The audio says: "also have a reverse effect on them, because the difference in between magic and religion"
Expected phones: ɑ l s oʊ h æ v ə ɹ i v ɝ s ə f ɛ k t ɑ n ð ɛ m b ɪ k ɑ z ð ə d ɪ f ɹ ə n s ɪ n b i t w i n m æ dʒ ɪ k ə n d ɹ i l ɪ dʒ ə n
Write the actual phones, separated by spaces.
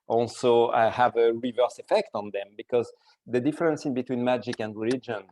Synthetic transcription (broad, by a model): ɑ l s oʊ h æ v ə ɹ i v ɝ s ə f ɛ k t ɑ n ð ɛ m b ɪ k ɑ z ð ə d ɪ f ɹ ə n s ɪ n b i t w i n m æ dʒ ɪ k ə n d ɹ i l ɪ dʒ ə n